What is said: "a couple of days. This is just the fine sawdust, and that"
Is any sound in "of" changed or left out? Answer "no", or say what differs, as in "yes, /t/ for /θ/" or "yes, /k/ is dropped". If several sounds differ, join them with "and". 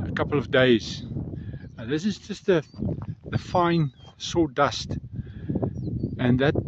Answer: no